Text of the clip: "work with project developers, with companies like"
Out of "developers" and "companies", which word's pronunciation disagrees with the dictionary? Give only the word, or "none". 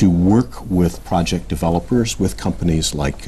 none